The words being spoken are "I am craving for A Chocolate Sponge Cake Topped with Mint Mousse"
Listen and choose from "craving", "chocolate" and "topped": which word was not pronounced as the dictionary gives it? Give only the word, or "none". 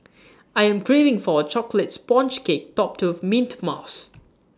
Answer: none